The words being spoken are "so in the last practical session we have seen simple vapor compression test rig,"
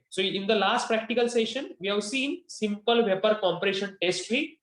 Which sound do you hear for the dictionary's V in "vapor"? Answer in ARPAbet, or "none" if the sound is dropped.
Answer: V